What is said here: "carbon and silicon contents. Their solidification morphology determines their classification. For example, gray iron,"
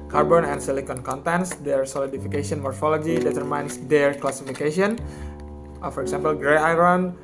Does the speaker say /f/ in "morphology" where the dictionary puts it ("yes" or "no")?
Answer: yes